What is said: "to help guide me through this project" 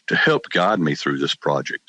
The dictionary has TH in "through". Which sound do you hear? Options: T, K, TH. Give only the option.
TH